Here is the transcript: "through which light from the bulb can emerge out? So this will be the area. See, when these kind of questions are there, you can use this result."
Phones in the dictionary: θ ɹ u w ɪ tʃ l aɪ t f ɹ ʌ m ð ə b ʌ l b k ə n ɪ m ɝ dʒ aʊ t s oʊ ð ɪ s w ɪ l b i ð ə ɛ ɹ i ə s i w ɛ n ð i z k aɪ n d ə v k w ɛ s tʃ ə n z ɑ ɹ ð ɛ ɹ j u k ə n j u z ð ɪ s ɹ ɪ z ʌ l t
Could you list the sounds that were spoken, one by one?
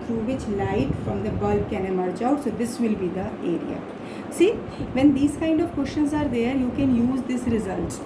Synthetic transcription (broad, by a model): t ɹ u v ɪ tʃ l aɪ t f ɹ ʌ m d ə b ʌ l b k ə n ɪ m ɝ tʃ aʊ t s oʊ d ɪ s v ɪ l b i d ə ɛ ɹ i ə s i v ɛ n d i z k aɪ n d ə v k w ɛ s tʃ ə n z ɑ ɹ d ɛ ɹ j u k ə n j u z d ɪ s ɹ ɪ z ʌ l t